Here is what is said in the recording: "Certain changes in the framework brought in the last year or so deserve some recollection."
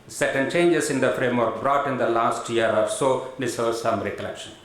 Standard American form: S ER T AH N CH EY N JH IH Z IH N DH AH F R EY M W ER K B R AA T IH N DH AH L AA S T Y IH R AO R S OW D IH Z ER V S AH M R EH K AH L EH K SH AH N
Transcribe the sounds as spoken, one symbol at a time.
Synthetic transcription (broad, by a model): S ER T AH N CH EY N JH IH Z IH N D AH F R EY M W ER K B R AA T IH N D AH L AA S T Y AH R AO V S OW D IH S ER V S AH M R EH K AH L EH K SH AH N